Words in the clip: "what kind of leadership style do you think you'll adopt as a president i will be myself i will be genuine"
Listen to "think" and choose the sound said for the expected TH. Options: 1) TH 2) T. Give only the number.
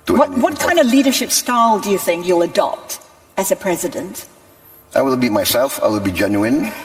1